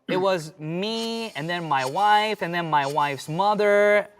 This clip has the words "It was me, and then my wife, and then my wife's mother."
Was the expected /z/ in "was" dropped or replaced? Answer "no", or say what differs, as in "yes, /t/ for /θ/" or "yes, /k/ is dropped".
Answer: no